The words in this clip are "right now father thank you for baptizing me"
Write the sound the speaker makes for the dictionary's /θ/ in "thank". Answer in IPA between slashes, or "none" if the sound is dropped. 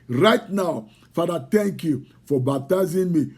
/t/